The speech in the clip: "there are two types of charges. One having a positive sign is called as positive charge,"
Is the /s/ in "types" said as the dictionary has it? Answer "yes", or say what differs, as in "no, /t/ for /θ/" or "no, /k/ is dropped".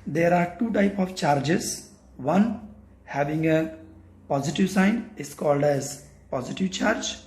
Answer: no, /s/ is dropped